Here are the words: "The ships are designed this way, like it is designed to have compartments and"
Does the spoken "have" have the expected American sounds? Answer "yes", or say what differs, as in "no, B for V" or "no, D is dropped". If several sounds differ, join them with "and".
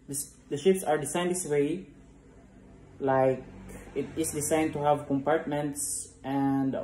yes